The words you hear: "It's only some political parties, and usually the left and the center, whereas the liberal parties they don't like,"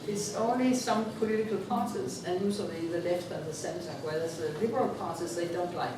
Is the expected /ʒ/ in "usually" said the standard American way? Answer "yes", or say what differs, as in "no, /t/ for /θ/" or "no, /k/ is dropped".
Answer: no, /z/ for /ʒ/